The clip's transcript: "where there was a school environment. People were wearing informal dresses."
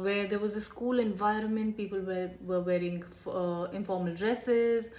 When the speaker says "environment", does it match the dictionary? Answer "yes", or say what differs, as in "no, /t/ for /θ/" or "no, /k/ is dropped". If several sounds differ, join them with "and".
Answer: yes